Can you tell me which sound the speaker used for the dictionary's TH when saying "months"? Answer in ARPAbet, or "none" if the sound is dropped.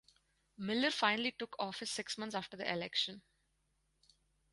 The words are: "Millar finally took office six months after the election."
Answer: T